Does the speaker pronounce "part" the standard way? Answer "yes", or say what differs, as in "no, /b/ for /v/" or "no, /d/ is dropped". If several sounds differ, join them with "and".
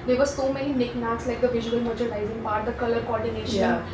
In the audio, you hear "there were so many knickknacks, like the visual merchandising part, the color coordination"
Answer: no, /b/ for /p/